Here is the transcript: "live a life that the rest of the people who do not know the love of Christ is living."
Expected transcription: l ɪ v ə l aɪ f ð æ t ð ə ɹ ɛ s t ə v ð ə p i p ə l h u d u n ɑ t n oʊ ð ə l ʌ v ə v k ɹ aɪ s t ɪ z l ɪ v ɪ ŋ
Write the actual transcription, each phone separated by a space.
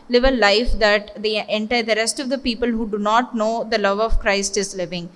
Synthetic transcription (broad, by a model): l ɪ v ə l aɪ f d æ t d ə ɹ ɛ s t ə v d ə p i p ə l h u d u n ɑ t n oʊ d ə l ʌ v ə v k ɹ aɪ s t ɪ z l ɪ v ɪ ŋ